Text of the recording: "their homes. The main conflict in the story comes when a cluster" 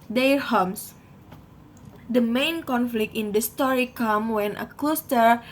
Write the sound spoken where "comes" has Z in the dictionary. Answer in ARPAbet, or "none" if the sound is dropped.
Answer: none